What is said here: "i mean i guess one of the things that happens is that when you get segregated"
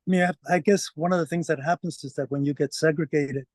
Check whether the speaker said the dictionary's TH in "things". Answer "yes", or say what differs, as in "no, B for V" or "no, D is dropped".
yes